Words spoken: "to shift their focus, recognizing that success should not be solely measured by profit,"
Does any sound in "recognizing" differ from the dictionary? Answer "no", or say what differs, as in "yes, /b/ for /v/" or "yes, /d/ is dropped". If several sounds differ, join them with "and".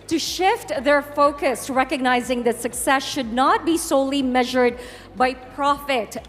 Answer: no